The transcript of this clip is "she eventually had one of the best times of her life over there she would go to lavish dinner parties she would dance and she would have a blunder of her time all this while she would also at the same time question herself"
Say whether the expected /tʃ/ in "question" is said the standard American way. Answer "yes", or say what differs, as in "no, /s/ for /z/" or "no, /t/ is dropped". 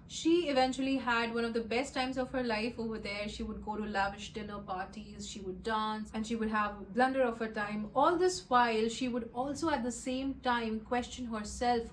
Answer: yes